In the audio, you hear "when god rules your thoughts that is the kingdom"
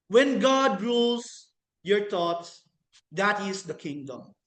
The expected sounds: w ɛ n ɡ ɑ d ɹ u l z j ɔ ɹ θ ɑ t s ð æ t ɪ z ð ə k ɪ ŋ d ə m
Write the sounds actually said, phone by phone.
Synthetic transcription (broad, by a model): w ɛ n ɡ ɑ d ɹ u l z j ɔ ɹ t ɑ t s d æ t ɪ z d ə k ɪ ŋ d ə m